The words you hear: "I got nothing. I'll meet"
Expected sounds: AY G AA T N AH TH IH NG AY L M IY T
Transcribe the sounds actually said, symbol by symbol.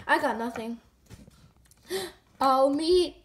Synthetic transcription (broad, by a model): AY G AA T N AH TH IH NG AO M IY